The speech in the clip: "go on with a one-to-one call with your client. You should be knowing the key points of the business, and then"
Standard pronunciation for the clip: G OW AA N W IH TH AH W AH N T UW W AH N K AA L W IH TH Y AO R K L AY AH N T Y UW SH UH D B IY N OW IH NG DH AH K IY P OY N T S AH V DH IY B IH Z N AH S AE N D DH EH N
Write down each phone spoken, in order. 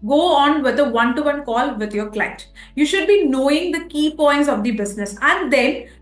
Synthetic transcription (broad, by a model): G OW AA N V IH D AH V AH N T UW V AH N K AA L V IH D Y AO R K L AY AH T Y UW SH UH D B IY N OW IH NG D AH K IY P OY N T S AH V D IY B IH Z N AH S AE N D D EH N